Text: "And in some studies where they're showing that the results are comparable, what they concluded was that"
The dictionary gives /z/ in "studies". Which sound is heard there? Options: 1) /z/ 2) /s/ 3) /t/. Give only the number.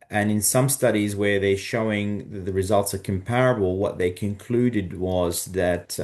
1